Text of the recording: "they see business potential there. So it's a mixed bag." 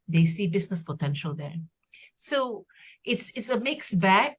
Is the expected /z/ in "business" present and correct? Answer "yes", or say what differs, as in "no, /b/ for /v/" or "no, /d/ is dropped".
no, /s/ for /z/